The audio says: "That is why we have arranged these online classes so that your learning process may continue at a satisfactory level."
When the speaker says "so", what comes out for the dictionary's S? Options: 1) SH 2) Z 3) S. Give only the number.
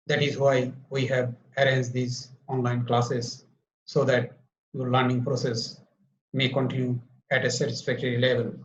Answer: 3